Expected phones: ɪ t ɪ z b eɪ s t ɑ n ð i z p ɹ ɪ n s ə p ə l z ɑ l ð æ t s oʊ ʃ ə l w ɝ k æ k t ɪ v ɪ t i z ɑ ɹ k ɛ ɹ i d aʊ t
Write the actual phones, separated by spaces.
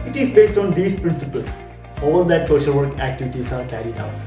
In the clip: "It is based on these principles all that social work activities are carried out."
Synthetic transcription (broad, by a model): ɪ t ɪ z b eɪ s t ɑ n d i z p ɹ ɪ n s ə p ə l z ɑ l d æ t s oʊ ʃ ə l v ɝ k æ k t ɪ v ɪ t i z ɑ ɹ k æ ɹ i d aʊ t